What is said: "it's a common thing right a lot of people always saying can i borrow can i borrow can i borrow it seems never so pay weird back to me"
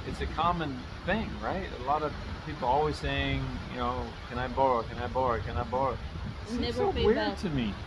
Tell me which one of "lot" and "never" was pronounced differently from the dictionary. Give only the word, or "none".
never